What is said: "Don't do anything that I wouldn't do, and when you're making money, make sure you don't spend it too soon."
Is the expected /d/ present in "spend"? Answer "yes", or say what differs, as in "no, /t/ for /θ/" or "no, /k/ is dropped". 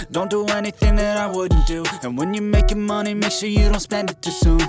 yes